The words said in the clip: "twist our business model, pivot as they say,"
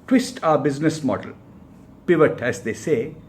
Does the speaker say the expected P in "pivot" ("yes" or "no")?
yes